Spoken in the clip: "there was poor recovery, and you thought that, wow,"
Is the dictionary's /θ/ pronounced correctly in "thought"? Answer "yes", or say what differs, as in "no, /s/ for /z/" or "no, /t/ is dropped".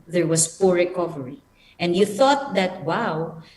yes